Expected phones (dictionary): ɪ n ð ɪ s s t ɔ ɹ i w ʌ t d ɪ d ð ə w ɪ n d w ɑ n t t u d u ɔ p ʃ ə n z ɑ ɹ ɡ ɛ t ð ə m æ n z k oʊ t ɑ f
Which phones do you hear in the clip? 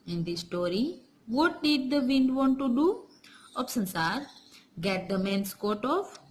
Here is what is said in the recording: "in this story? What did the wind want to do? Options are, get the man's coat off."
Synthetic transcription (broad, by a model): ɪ n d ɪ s s t ɔ ɹ i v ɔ t d ɪ d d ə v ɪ n d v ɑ n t t u d u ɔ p s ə n s ɑ ɹ ɡ ɛ t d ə m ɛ n s k oʊ t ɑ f